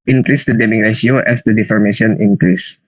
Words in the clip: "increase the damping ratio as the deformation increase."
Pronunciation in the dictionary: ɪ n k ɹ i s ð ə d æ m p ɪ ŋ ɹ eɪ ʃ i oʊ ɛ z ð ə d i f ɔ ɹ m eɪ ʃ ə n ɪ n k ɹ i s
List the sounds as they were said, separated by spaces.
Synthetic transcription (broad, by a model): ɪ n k ɹ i s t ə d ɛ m ɪ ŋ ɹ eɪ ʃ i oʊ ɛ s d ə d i f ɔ ɹ m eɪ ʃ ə n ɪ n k ɹ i s